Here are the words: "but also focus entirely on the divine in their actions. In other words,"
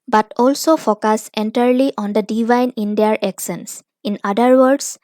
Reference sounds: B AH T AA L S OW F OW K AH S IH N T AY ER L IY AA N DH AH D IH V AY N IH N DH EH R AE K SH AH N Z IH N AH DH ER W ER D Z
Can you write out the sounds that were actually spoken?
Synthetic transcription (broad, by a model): B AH T AA L S OW F OW K AH S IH N T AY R L IY AA N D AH D IH V AY N IH N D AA R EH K S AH N S IH N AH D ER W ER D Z